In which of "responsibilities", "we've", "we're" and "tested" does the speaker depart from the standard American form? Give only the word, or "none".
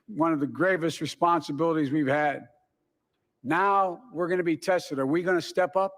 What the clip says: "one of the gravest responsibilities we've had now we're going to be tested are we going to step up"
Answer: none